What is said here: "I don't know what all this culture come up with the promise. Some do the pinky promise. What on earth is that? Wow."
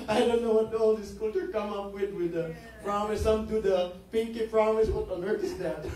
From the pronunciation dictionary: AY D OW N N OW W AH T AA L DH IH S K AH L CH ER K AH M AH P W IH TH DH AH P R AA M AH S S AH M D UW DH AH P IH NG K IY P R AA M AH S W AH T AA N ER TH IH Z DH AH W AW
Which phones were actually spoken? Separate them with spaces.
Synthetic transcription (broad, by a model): AY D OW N N OW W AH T AA L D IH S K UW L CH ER K AH M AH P W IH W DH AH P R AA M AH S S AH M D UW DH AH P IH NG K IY P R AA M AH S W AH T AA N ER T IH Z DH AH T